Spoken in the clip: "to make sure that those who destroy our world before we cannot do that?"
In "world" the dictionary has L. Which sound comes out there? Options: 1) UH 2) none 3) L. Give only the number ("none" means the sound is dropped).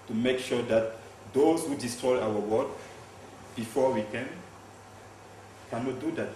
2